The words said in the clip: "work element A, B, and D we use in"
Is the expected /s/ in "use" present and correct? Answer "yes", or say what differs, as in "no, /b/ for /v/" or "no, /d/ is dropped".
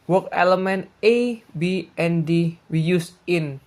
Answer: yes